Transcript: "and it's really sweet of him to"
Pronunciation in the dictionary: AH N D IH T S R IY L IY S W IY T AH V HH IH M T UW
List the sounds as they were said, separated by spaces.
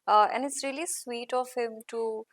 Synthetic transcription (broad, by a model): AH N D IH T S R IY L IY S W IY T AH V HH IH M T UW